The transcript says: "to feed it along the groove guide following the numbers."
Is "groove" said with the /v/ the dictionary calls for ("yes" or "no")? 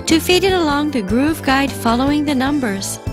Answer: yes